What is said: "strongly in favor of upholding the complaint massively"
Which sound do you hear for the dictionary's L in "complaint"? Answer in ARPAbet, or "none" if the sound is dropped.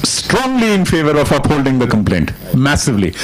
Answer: L